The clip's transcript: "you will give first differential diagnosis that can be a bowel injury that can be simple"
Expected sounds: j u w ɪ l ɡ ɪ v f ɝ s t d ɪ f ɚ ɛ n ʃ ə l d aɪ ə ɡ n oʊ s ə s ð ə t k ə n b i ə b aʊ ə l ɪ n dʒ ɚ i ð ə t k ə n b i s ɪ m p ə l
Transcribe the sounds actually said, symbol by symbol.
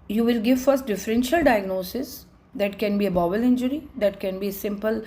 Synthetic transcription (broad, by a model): j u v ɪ l ɡ ɪ v f ɝ s t d ɪ f ɚ ɛ n ʃ ə l d aɪ ə ɡ n oʊ s ə s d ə t k ə n b i ə b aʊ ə l ɪ n dʒ ɚ i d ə t k ə n b i s ɪ m p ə l